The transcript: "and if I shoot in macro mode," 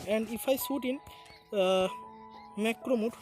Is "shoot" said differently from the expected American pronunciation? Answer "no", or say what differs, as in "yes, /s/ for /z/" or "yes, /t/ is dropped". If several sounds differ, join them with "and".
yes, /s/ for /ʃ/